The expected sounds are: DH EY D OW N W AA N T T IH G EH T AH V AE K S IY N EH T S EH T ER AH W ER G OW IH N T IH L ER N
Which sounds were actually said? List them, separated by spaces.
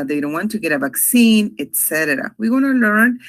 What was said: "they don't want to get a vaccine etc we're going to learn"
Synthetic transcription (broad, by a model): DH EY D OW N W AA N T T IH G EH T AH V AE K S IY N EH T S EH T ER AH W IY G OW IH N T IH L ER N